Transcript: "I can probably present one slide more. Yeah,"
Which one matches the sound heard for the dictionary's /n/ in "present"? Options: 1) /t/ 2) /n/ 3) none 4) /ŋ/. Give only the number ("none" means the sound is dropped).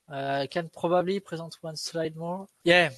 3